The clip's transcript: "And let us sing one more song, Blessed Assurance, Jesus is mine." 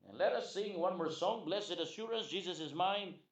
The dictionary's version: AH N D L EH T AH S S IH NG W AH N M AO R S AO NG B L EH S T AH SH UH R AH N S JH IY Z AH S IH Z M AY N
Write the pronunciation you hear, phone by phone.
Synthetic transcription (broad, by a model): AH N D L EH T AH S S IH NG W AH N M AO R S AO NG B L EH S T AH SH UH R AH N S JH IY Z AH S IH Z M AY N